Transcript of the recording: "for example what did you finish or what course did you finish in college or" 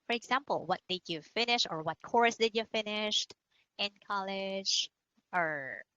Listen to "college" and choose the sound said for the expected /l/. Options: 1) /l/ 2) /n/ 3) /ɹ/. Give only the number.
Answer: 1